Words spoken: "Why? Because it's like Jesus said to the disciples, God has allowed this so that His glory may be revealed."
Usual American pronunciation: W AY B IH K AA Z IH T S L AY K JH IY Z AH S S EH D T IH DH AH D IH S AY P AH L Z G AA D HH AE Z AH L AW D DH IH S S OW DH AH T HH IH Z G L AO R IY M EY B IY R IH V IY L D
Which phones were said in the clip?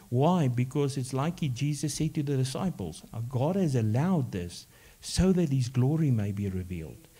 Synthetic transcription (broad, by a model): W AY B IH K AA Z IH T S L AY K JH IY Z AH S S EH D T IH DH AH D IH S AY P AH L Z G AA D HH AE Z AH L AW D DH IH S S OW DH AH T HH IH Z G L AO R IY M EY B IY R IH V IY L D